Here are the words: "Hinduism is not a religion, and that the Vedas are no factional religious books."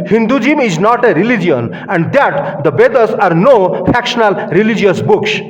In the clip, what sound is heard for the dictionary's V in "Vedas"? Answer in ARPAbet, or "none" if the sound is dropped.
B